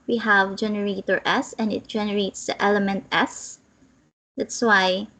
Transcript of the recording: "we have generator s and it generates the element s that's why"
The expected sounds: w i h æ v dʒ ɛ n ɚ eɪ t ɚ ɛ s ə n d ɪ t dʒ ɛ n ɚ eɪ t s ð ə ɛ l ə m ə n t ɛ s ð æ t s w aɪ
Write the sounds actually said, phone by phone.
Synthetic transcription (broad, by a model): w i h æ v dʒ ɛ n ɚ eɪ t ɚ ɛ s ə n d ɪ t dʒ ɛ n ɚ eɪ t s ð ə ɛ l ə m ə n t ɛ s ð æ t s w aɪ